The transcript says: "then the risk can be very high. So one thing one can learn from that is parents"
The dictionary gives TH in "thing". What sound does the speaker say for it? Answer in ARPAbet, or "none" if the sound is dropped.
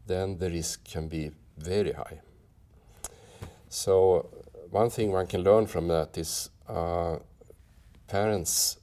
TH